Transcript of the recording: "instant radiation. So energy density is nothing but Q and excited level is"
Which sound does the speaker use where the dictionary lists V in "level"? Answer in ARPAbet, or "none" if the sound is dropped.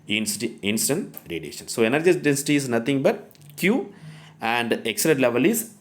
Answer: V